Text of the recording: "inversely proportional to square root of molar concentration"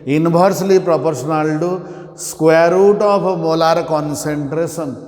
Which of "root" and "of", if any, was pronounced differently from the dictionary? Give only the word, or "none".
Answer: of